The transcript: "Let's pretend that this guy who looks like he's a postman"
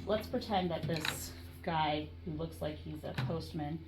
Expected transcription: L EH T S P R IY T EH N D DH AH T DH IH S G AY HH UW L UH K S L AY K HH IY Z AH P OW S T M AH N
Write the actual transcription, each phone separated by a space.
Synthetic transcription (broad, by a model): L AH T S P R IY T EH N DH AH T DH IH S G AY HH UW L UH K S L AY K HH IY Z AH P OW S T M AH N